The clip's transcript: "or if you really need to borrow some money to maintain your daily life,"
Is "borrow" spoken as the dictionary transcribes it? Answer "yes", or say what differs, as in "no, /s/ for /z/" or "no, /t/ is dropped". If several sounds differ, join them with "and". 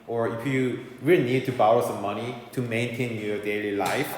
no, /ɹ/ is dropped